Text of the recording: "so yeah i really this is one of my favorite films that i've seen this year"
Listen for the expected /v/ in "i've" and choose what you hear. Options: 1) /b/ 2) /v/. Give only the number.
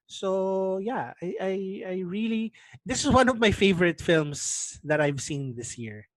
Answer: 2